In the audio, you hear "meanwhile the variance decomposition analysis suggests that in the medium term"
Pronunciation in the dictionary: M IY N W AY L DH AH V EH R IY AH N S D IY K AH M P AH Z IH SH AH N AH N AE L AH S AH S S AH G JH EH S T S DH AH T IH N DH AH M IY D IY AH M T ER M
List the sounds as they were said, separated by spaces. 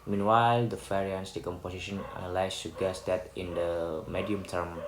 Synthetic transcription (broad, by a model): M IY N W AY L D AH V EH R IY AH N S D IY K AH M P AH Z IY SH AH N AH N L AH AH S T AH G EH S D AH T IH N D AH M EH D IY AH M T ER M